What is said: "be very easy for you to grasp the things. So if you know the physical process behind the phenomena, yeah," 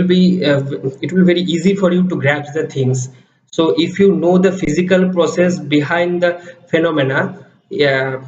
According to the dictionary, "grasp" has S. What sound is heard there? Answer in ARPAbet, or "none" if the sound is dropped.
none